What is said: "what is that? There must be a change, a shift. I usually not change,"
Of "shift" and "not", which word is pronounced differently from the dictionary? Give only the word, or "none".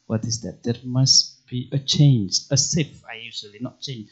shift